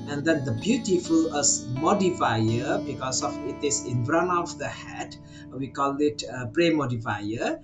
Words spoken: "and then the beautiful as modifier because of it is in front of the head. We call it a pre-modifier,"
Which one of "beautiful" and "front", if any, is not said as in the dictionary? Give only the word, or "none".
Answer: front